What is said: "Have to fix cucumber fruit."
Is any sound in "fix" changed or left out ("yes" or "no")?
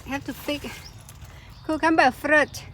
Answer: yes